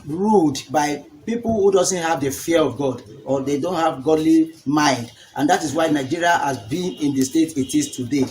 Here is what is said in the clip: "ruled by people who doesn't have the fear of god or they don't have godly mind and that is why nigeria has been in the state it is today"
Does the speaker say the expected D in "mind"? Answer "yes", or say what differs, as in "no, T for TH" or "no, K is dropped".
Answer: yes